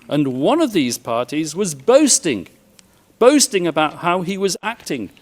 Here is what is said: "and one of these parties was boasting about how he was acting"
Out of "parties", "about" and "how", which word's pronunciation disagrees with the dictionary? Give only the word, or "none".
none